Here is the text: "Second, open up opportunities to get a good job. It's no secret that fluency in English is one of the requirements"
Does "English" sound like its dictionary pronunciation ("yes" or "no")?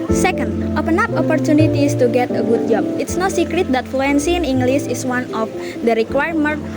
no